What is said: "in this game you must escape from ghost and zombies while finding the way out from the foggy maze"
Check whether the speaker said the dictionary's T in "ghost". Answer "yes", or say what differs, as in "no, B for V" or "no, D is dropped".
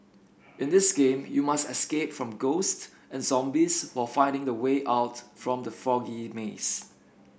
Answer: yes